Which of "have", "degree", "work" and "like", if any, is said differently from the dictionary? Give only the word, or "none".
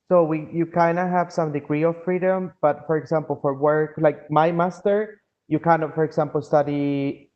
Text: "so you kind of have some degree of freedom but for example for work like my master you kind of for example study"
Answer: none